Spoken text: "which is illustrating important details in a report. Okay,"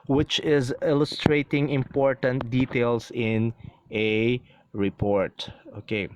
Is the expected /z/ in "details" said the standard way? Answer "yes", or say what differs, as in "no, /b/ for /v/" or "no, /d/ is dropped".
no, /s/ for /z/